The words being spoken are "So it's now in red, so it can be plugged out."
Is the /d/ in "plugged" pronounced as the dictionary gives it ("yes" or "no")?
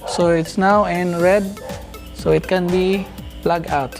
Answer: no